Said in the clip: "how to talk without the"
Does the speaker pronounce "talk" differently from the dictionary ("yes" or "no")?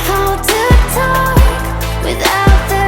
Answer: no